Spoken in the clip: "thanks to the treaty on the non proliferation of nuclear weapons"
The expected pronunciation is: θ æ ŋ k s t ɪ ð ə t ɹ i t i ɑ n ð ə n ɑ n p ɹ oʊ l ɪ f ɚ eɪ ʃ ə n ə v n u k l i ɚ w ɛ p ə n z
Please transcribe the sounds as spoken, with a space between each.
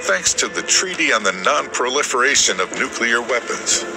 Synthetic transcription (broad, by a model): θ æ ŋ k s t ɪ ð ə t ɹ i t i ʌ n ð ə n ɑ n p ɹ oʊ l ɪ f ɚ eɪ ʃ ə n ə v n u k l i ɚ w ɛ p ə n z